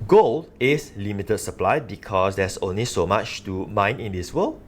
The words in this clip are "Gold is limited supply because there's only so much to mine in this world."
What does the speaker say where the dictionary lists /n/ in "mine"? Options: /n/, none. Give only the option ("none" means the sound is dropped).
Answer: /n/